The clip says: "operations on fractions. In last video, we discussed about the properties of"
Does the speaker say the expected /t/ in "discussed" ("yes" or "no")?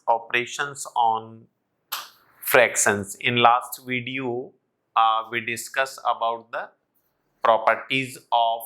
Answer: no